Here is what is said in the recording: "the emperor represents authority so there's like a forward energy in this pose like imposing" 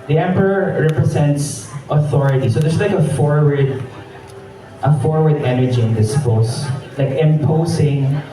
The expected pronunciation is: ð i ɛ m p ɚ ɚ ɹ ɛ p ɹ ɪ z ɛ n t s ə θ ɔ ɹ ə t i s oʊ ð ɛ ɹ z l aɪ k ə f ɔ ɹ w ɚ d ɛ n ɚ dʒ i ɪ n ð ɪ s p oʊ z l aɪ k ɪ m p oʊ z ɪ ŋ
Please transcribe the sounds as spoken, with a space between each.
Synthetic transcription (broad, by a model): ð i ɛ m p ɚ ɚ ɹ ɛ p ɹ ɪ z ɛ n t s ə θ ɔ ɹ ə t i s oʊ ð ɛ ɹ s l aɪ k ə f ɔ ɹ w ɚ d ɛ n ɚ dʒ i ɪ n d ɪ s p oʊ s l aɪ k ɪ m p oʊ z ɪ ŋ